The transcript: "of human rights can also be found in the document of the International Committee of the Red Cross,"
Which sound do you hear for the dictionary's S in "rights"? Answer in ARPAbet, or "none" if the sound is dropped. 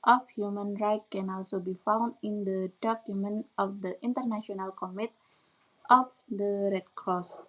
none